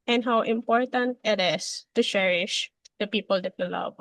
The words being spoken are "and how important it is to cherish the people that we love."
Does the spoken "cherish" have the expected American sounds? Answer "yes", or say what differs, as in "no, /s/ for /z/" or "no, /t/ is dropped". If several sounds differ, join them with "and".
yes